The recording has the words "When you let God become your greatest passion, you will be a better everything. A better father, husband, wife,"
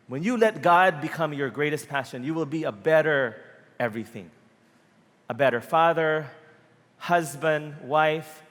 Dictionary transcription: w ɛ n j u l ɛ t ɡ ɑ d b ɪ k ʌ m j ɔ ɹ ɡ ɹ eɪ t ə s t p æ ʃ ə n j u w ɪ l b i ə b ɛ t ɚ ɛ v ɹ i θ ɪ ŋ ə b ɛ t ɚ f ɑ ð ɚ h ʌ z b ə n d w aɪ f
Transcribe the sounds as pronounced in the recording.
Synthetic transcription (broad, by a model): w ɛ n j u l ɛ t ɡ ɑ d b ɪ k ʌ m j ɔ ɹ ɡ ɹ eɪ t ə s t p æ ʃ ə n j u w ɪ l b i ə b ɛ t ɚ ɛ v ɹ i θ ɪ ŋ ə b ɛ t ɚ f ɑ ð ɚ h ʌ z b ə n d w aɪ f